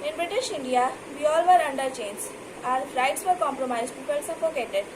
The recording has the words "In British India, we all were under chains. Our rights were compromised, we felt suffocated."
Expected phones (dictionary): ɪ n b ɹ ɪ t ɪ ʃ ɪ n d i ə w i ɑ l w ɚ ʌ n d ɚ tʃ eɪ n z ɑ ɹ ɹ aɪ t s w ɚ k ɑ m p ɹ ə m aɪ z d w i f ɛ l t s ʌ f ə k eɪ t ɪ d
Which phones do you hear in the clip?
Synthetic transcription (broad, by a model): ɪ n b ɹ ɪ t ɪ ʃ ɪ n d i ə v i ɑ l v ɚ ʌ n d ɚ tʃ eɪ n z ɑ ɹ ɹ aɪ t s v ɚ k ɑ m p ɹ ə m aɪ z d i p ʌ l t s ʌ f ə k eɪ t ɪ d